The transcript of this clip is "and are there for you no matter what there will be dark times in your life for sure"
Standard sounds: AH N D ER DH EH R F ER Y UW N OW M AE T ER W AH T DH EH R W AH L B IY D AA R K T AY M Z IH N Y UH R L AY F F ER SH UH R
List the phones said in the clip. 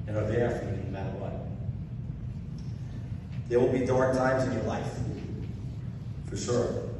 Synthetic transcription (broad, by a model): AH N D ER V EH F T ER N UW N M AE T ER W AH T DH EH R W AH L B IY D AA R K T AY M Z IH N Y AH R L AY F F ER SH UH R